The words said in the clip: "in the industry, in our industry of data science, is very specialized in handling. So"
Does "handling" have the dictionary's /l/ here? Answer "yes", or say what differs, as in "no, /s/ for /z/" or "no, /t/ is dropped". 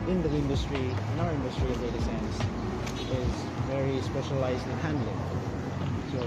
yes